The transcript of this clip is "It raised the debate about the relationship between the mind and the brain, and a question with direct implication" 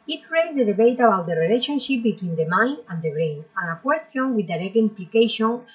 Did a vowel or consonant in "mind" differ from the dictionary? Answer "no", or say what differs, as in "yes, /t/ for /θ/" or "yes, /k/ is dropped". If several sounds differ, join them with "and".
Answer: yes, /d/ is dropped